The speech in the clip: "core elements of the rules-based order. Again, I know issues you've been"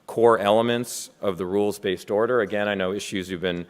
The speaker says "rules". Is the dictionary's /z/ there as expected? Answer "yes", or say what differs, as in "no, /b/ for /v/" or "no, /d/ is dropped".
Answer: yes